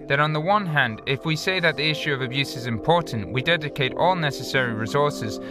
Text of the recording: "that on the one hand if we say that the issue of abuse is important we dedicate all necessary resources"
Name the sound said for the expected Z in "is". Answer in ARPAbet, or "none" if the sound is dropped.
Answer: Z